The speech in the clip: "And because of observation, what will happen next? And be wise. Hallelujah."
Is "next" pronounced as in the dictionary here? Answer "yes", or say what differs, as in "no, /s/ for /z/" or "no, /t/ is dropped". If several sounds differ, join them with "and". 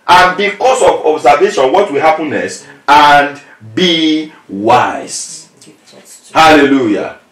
no, /k/ is dropped